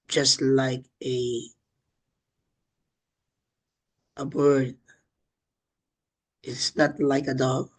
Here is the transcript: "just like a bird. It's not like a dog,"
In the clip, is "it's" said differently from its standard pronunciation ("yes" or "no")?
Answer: no